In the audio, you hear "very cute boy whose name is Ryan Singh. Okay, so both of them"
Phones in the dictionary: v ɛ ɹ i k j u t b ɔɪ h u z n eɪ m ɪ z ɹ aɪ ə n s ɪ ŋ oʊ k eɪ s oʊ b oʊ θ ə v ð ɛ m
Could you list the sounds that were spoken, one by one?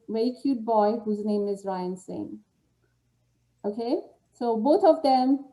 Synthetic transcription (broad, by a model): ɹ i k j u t b ɔɪ h u z n eɪ m ɪ z ɹ aɪ ə n s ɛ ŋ oʊ k eɪ s oʊ b oʊ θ ə v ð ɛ m